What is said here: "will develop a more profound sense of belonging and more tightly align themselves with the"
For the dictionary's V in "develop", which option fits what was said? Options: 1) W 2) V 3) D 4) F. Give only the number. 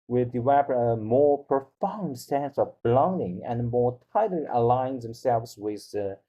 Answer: 1